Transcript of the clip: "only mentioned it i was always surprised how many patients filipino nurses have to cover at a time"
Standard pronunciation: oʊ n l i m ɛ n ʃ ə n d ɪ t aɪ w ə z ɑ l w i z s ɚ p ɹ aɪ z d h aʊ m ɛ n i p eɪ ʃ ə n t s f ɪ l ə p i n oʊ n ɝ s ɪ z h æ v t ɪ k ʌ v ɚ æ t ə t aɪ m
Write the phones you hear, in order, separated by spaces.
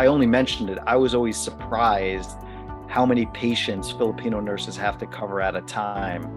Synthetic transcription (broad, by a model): oʊ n l i m ɛ n ʃ n d ɪ t aɪ w ə z ɑ l w i z s ɚ p ɹ aɪ z d h aʊ m ɛ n i p eɪ ʃ ə n t s f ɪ l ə p i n oʊ n ɝ s ɪ z h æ f t ɪ k ʌ v ɚ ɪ t ə t aɪ m